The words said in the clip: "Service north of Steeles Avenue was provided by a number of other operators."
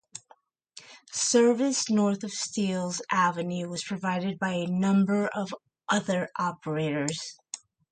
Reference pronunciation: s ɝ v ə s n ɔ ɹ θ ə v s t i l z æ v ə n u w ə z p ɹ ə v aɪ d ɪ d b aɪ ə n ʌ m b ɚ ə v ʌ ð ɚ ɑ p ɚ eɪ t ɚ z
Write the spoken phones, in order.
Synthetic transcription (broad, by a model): s ɝ v ə s n ɔ ɹ θ ə v s t i l z æ v ə n u w ə z p ɹ ə v aɪ d ɪ d b aɪ ə n ʌ m b ɚ ə v ʌ ð ɚ ɑ p ɚ eɪ t ɚ z